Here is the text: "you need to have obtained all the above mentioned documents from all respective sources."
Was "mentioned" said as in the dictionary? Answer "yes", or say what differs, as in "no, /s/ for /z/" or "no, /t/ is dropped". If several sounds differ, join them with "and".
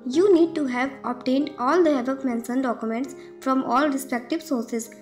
no, /s/ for /ʃ/